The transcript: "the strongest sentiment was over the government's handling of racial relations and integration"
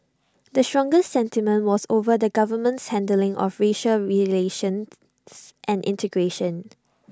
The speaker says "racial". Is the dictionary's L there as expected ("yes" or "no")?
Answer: yes